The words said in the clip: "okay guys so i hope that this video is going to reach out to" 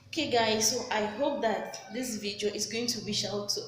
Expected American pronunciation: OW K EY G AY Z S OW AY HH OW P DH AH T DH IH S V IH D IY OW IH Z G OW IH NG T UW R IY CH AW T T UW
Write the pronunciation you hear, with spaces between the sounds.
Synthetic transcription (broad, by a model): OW K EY G AY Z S OW AY HH OW P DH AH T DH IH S V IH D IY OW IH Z G OW IH NG T UW W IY SH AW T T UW